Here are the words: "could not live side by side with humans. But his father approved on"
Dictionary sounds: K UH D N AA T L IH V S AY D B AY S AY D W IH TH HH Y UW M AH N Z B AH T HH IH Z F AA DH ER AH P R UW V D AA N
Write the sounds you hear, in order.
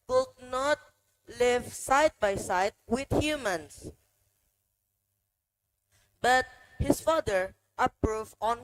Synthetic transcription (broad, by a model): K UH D N AA T L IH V S AY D B AY S AY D W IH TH HH Y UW M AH N S B AH T HH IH S F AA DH ER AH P R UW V AA N